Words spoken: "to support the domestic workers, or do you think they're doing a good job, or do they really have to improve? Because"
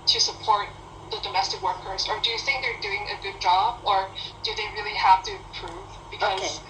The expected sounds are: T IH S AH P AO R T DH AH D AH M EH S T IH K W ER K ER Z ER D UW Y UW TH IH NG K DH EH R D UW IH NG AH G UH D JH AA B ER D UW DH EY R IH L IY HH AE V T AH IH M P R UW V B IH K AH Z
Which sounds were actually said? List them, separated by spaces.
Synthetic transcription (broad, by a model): T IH S AH P AO R T DH AH D AH M EH S T IH K W ER K ER Z ER D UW Y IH TH IH NG K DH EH R D UW IH NG AH G UH D JH AA B ER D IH DH EY R IH L IY HH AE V T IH P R UW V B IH K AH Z